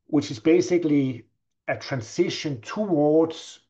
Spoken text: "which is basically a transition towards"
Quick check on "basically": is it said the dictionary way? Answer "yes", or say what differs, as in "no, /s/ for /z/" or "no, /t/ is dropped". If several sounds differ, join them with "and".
yes